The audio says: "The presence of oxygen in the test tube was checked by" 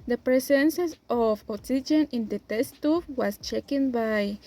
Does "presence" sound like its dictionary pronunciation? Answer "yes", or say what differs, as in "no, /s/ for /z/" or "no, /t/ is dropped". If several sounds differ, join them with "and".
no, /s/ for /z/